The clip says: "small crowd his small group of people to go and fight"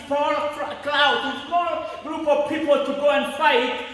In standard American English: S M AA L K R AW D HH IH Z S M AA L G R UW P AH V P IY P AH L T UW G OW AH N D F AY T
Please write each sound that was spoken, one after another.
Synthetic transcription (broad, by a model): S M AA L K L AW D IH S M AA L G R UW P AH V P IY P AH L T UW G OW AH N F AY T